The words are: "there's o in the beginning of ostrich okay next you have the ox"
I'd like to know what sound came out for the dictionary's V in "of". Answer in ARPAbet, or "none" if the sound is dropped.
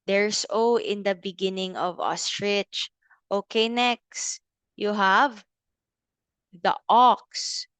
V